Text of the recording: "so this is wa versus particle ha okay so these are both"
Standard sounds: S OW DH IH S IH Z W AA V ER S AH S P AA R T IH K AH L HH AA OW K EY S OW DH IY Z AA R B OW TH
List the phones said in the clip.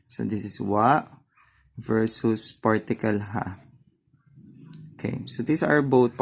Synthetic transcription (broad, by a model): S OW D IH S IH S W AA V ER S AH S P AA R T IH K AH L HH AA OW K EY S OW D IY S AA R B OW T